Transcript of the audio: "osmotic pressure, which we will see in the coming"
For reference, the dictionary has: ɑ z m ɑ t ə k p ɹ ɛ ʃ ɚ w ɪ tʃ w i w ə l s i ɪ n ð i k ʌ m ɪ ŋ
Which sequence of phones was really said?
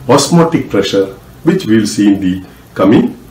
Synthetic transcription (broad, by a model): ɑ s m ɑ t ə k p ɹ ɛ ʃ ɚ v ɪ tʃ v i l s i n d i k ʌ m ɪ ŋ